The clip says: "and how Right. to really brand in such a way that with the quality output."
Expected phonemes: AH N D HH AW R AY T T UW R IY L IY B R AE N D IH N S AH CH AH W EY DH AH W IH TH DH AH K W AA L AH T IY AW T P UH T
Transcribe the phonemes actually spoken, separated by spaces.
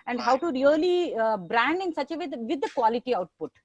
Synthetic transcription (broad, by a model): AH N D HH AW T T UW R IY L IY B R AE N D IH N S AH CH AH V EY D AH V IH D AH K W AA L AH T IY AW T P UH T